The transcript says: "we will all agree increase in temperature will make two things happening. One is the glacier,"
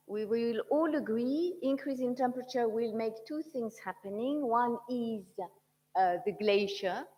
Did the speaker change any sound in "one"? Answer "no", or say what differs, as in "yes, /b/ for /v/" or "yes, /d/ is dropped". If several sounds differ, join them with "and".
no